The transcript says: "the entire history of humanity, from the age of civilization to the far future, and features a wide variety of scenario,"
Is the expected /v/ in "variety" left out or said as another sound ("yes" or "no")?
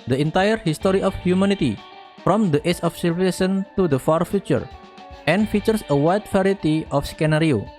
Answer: yes